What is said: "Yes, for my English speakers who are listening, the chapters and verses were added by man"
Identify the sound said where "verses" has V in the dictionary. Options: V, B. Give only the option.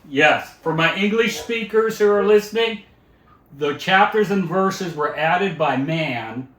V